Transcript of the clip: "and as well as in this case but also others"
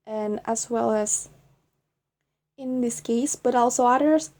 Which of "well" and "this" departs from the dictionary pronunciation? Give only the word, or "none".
none